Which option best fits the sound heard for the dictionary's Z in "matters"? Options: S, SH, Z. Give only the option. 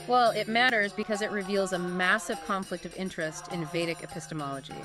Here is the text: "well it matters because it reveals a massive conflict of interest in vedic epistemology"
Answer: Z